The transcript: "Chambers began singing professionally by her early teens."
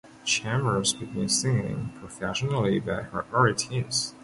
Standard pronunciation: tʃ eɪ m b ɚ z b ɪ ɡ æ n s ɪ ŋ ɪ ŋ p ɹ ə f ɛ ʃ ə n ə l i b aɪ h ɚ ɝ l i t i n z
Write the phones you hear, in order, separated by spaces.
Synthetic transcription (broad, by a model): tʃ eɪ m ɚ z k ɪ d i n s ɪ ŋ ɪ ŋ p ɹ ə f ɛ ʃ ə n l i b aɪ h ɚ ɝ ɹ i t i z